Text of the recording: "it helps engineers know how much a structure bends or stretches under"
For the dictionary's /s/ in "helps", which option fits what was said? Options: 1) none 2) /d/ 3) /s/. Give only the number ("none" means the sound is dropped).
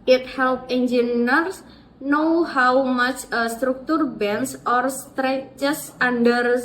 1